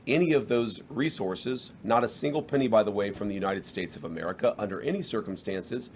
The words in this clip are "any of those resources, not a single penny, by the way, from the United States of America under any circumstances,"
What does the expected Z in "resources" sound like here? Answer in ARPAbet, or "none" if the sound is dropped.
Z